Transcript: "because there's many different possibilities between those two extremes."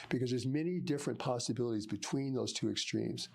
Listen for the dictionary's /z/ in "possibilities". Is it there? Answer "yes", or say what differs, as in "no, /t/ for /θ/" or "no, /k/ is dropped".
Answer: yes